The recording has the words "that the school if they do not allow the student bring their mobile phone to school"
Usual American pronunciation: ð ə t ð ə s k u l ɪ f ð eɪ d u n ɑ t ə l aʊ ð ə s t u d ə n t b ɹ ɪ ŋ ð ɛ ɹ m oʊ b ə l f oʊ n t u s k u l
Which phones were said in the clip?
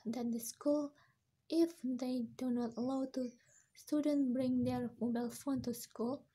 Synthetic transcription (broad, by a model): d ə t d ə s k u l ɪ f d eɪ d u n ɑ t ə l aʊ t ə s t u d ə n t b ɹ ɪ ŋ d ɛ ɹ m oʊ b ə l f oʊ n t u s k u l